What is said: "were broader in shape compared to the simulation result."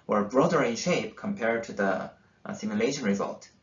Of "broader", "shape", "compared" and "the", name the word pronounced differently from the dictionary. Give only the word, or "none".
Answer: none